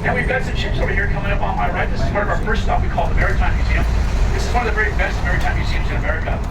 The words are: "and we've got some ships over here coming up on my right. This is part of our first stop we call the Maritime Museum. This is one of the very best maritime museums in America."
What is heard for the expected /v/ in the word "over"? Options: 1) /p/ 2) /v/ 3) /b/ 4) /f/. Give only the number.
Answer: 3